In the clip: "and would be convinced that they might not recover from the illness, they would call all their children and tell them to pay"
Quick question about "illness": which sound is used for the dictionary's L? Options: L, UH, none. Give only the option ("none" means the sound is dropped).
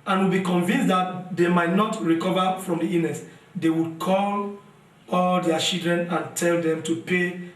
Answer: none